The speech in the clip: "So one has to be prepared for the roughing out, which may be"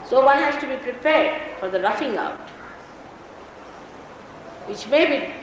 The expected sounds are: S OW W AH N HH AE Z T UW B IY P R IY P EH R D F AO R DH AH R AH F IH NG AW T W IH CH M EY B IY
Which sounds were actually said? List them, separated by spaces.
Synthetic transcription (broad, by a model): S OW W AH N HH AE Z T UW B IY P R IY P EH R D F AO R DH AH R AH F IH NG AW T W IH CH M EY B IY